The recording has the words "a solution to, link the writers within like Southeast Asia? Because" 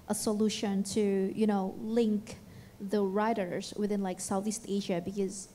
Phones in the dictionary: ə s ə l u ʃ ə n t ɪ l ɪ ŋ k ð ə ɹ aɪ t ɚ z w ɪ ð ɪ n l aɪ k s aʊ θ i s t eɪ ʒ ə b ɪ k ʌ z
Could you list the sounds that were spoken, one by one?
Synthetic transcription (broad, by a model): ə s ə l u ʃ ə n t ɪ l ɪ ŋ k ð ə ɹ aɪ t ɚ z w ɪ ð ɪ n l aɪ k s aʊ θ i s t eɪ ʒ ə b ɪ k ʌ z